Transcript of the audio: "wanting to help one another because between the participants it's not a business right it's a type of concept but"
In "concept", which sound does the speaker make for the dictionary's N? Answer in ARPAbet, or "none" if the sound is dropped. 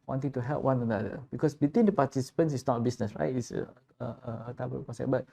none